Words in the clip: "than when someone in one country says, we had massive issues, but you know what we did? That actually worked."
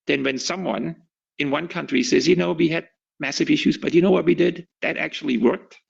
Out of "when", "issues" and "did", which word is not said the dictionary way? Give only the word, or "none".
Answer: none